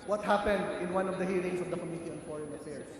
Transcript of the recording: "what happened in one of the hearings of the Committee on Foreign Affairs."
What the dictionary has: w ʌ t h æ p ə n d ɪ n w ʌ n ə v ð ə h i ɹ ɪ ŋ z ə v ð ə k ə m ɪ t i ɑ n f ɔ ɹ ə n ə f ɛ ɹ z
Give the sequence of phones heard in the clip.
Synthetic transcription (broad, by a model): w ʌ t h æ p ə n d ɪ n w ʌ n ə v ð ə h i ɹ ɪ ŋ s ə v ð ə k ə m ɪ t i ɑ n f ɔ ɹ ə n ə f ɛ ɹ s